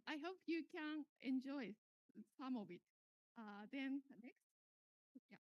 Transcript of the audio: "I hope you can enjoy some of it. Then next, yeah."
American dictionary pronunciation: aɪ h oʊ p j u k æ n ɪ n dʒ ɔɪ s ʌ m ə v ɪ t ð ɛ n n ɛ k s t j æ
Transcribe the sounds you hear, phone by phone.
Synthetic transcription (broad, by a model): aɪ h oʊ p j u k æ n ɪ n dʒ ɔɪ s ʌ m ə b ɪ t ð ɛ n n ɛ k s t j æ